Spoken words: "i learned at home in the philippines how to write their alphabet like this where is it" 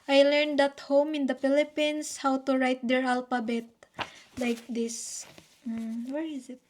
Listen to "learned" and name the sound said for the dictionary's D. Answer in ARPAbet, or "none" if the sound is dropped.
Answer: D